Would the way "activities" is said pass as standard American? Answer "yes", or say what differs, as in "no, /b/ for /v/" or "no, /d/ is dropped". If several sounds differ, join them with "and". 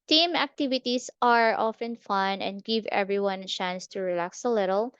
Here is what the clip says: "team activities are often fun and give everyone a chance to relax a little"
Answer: no, /s/ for /z/